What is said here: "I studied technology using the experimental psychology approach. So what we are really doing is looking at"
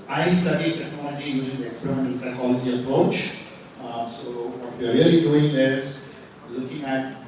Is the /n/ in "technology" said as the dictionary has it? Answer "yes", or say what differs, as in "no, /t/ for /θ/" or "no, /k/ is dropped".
no, /n/ is dropped